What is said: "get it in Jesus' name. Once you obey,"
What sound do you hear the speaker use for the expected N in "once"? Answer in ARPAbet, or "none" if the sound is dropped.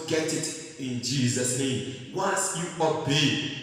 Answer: none